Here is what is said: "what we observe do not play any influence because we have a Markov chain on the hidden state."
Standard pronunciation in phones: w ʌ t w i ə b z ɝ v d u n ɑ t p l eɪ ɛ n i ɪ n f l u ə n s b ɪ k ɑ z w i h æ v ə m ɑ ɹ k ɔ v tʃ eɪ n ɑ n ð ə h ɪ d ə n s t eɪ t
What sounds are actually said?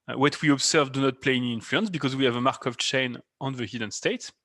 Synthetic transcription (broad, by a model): w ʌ t w i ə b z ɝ v d u n ɑ t p l eɪ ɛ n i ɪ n f l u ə n s b ɪ k ɑ z w i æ v ə m ɑ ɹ k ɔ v tʃ eɪ n ɑ n ð ə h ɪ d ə n s t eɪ t